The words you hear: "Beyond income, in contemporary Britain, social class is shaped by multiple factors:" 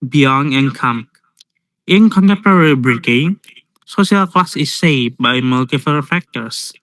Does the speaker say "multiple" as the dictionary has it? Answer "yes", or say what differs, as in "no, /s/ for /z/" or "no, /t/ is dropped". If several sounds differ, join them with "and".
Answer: no, /f/ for /p/